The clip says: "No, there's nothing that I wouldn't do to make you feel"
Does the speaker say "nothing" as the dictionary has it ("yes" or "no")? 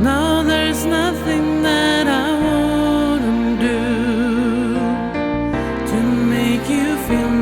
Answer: yes